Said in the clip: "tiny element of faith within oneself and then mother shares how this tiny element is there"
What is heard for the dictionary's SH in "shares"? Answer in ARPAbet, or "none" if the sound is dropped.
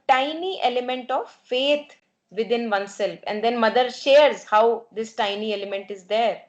SH